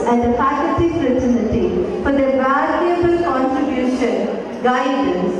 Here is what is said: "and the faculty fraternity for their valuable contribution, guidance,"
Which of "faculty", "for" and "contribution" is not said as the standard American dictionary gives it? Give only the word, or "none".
faculty